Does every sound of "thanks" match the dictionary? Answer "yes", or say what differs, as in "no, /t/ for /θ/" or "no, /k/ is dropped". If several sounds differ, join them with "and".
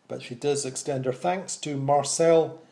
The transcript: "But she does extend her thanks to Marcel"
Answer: yes